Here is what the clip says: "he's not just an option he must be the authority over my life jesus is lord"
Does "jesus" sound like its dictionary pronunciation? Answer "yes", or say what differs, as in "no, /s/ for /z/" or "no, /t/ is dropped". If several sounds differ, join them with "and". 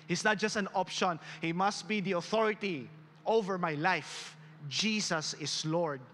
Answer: no, /s/ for /z/